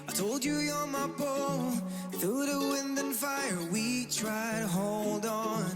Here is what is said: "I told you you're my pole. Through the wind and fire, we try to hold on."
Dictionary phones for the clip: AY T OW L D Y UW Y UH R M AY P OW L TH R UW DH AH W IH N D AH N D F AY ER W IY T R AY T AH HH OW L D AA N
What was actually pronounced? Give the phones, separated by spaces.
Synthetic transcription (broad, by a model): AY T OW L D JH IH Y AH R M AY B OW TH UW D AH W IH N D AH N F AY ER W IY T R AY T AH HH OW L D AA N